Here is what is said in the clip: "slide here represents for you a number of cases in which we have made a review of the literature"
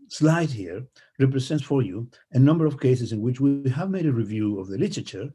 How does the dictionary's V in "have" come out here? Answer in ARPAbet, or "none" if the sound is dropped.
V